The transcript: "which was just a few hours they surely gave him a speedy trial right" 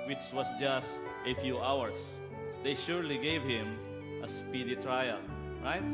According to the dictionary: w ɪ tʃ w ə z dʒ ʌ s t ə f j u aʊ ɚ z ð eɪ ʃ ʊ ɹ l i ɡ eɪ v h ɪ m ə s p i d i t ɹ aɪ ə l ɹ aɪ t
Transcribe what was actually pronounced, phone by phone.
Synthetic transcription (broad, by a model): w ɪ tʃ w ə s dʒ ʌ s t ə f j u aʊ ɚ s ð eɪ ʃ ʊ ɹ l i ɡ eɪ v h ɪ m ə s p i d i t ɹ aɪ ə l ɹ aɪ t